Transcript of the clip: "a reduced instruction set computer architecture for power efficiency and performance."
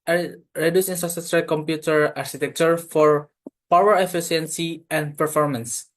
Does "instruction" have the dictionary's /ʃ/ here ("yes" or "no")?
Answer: no